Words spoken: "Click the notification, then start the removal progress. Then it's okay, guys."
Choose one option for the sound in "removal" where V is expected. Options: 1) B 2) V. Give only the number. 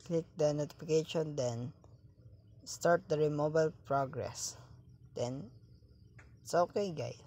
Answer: 1